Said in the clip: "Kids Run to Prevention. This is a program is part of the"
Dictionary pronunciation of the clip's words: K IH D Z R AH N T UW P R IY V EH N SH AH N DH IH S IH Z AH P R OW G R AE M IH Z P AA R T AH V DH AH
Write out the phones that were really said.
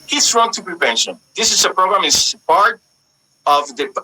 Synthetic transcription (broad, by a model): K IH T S R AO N T UW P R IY P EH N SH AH N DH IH S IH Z AH P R OW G R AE M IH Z P AA R T AH V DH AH